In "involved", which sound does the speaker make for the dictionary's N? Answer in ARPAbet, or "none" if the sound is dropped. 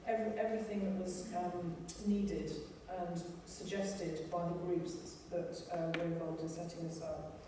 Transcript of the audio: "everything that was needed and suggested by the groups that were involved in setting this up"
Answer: none